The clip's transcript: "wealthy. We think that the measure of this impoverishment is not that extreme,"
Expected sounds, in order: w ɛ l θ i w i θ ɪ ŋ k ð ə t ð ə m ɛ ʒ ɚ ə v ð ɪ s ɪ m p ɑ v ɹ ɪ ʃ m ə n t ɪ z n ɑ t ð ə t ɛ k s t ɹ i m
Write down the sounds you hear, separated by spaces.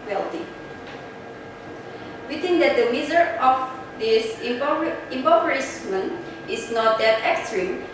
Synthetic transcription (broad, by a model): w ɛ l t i w i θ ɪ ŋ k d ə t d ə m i z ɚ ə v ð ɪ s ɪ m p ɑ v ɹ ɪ s m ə n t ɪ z n ɑ t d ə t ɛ k s t ɹ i m